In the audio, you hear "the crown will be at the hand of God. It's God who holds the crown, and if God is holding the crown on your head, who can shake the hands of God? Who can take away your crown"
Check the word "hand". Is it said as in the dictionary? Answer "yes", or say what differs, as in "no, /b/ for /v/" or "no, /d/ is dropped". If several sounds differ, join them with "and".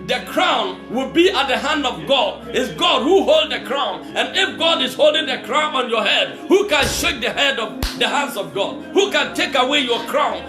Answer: yes